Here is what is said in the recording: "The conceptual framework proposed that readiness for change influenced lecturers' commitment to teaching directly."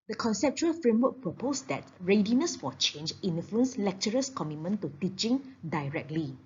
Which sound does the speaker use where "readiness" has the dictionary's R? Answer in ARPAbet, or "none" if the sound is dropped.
R